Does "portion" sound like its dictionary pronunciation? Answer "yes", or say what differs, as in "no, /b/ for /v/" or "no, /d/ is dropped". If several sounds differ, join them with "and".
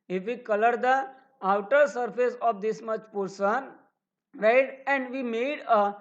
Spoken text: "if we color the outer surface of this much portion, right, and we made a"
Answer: no, /s/ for /ʃ/